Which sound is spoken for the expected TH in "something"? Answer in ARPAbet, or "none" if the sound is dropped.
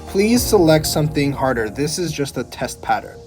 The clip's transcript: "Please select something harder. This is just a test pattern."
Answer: TH